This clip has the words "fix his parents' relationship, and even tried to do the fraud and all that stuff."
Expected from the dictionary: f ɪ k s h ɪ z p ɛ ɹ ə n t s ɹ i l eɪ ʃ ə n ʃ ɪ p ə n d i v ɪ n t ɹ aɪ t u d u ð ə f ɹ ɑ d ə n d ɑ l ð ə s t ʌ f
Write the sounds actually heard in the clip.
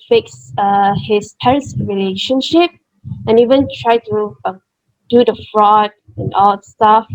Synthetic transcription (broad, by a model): f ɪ k s h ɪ s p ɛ ɹ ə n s ɹ i l eɪ ʃ ə n ʃ ɪ p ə n i v ɪ n t ɹ aɪ t u d u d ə f ɹ ɑ d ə n ɑ l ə s t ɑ f